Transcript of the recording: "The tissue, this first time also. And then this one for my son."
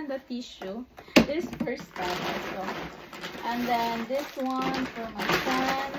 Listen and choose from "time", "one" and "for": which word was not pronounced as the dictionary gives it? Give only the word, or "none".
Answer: time